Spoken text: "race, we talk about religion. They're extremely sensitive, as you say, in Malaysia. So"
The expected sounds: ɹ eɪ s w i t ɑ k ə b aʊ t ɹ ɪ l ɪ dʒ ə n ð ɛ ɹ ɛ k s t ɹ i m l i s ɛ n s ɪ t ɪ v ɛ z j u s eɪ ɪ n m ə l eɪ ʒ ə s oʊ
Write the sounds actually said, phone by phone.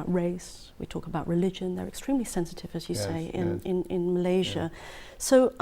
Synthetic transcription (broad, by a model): ɹ eɪ s w i t ɑ k ə b aʊ t ɹ ɪ l ɪ dʒ ə n ð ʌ ɹ ɛ k s t ɹ i m l i s ɛ n s ɪ t ɪ v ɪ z j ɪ s eɪ ɪ n m ə l eɪ ʒ ə s oʊ